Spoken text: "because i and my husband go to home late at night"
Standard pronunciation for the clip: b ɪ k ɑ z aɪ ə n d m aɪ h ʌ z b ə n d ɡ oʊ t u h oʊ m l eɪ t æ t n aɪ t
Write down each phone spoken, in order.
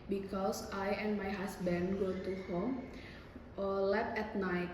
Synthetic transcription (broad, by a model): b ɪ k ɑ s aɪ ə n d m aɪ h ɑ s b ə n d ɡ oʊ t u h oʊ m l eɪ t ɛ t n aɪ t